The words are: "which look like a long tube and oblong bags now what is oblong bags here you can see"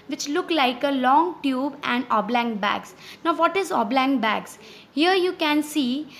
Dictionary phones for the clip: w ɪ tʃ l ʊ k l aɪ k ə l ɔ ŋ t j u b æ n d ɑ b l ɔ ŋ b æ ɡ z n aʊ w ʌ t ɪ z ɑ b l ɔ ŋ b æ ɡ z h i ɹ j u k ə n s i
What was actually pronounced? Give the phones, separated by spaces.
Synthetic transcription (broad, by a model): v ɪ tʃ l ʊ k l aɪ k ə l ɔ ŋ t j u b æ n d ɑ b l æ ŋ b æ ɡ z n aʊ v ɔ t ɪ z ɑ b l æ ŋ b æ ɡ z h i ɹ j u k ə n s i